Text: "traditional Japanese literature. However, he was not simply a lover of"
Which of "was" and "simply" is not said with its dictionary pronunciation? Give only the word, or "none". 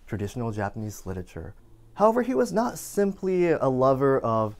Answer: none